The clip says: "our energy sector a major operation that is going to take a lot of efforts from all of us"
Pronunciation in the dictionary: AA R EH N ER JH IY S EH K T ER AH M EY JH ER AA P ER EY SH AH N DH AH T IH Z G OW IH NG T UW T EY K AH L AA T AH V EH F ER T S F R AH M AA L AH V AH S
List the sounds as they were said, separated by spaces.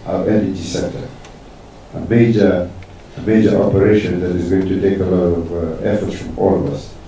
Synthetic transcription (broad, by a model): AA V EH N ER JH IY S EH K T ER AH M EY JH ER AA P ER EY SH AH N DH AH T IH Z G OW IH NG T UW T EY K AH L AA T AH V EH F ER T S F R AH M AA L AH V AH S